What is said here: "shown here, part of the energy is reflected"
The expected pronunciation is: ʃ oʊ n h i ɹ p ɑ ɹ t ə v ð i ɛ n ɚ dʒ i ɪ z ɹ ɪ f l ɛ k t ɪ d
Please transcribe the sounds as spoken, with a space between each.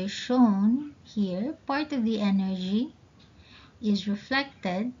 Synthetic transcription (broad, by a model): ʃ oʊ n h i ɹ p ɑ ɹ t ə v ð i ɛ n ɚ dʒ i ɪ z ɹ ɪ f l ɛ k t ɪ d